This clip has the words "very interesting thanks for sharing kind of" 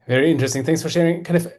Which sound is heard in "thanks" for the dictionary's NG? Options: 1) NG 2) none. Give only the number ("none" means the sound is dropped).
1